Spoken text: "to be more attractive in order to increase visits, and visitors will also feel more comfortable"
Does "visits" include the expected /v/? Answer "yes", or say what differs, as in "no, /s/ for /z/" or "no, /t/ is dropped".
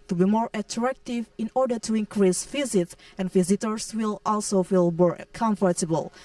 no, /f/ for /v/